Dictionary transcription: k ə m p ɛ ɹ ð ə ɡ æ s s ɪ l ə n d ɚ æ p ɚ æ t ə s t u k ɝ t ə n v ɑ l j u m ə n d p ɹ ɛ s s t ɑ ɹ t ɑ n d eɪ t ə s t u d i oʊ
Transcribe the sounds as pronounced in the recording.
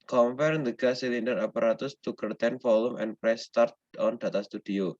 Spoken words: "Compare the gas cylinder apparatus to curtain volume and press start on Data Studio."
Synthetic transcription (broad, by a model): k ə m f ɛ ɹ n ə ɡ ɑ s s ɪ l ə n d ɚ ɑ p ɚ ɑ t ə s t u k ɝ t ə n f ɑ l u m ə n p ɹ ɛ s s t ɑ ɹ t ɑ n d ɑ t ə s t u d i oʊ